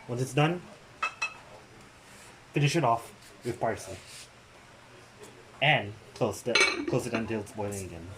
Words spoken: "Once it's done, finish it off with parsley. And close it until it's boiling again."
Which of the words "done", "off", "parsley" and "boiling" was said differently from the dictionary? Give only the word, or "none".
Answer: parsley